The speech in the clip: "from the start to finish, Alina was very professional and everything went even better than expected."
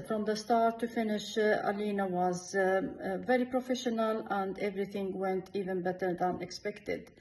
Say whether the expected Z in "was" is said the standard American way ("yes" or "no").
yes